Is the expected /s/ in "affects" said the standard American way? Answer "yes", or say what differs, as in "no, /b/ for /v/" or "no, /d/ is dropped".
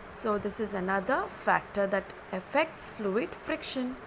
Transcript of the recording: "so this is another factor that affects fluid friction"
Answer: yes